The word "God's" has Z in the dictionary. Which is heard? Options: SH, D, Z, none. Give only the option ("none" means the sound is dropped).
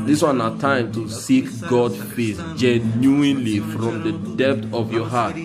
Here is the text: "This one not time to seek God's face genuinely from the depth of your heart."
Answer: none